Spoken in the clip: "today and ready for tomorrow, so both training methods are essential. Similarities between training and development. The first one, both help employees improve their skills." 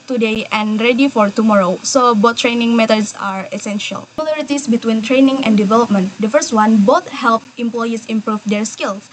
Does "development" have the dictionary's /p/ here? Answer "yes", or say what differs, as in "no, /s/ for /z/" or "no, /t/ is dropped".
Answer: yes